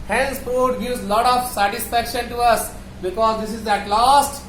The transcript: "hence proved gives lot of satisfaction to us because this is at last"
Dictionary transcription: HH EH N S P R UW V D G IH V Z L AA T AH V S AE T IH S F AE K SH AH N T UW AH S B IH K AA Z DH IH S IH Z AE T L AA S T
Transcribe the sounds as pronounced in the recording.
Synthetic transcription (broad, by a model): HH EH N S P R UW D G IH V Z L AA T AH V S AE T IH S F AE K SH AH N T UW AH S B IH K AA Z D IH S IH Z AE T L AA S T